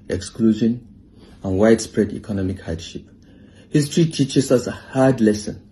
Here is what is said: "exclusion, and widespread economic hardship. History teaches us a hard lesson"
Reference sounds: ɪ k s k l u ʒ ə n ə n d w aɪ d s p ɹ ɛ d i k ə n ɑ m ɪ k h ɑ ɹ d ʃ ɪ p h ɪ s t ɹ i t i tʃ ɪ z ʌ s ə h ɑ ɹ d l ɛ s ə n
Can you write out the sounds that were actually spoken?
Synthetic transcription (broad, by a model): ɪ k s k l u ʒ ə n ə n w aɪ d s p ɹ ɛ d i k ə n ɑ m ɪ k h ɑ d ʃ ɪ p h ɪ s t ɹ i t i tʃ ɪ s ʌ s ə h ɑ d l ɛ s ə n